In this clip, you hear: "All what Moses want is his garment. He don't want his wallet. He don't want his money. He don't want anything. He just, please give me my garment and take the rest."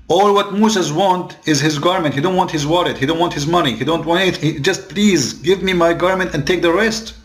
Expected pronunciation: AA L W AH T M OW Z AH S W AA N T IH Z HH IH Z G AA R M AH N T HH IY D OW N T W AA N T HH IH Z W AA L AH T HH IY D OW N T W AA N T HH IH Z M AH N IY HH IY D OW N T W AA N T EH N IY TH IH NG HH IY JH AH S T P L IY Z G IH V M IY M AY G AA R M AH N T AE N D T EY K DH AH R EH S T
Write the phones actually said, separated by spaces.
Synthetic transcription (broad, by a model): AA L W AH T M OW S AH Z W AA N T IH Z HH IH Z G AA R M AH N T HH IY D OW N T W AA N T HH IH Z W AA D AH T HH IY D OW N T W AA N T HH IH Z M AH N IY HH IY D OW N T W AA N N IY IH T HH IY JH AH S T P L IY Z G IH V M IY M AY G AA R M AH N T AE N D T EY K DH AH R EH S T